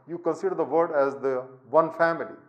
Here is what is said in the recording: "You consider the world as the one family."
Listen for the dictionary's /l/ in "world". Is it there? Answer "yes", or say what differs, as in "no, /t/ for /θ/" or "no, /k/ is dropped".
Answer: no, /l/ is dropped